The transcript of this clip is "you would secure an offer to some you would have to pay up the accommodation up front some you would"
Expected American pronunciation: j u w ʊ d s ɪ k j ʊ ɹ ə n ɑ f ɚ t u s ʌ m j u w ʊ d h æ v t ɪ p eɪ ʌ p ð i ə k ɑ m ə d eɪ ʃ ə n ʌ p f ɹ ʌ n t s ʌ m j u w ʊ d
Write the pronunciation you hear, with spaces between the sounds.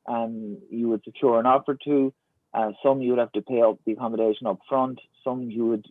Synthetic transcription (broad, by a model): j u w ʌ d s ɪ k j ʊ ɹ ə n ɑ f ɚ t u s ʌ m j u w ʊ d h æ f t ɪ p eɪ ʌ p ð i ə k ɑ m ə d eɪ ʃ ə n ʌ p f ɹ ʌ n t s ʌ m j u w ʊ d